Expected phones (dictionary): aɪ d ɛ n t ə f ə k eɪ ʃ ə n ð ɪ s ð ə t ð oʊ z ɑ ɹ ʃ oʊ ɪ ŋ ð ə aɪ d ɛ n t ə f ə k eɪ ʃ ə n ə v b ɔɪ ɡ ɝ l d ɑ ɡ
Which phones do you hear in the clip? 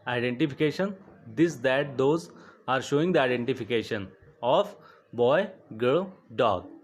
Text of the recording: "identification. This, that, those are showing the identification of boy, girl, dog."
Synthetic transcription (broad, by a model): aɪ d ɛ n t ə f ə k eɪ ʃ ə n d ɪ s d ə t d oʊ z ɑ ɹ ʃ oʊ ɪ ŋ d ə aɪ d ɛ n t ə f ə k eɪ ʃ ə n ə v b ɔɪ ɡ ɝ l d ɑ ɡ